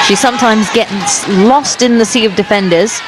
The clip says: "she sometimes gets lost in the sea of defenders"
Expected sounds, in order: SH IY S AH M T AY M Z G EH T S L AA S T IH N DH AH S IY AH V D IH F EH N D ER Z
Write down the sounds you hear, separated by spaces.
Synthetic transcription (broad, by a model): SH IY S AH M T AY M Z G EH T S L AA S T IH N DH AH S IY AH V D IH F EH N D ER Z